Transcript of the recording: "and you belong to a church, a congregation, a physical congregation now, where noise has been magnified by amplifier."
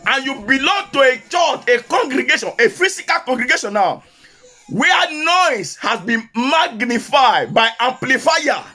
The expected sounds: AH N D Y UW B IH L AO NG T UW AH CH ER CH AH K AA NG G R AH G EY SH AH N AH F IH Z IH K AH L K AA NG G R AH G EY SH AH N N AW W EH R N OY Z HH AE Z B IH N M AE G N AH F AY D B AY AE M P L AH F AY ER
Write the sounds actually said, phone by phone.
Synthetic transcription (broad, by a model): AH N Y UW B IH L AO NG T UW AH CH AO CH AH K AA NG G R AH G EY SH AH N AH F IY S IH K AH L K AA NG G R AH G EY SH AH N N AW W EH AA N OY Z HH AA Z B IH N M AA G N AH F AY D B AY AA M P L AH F AY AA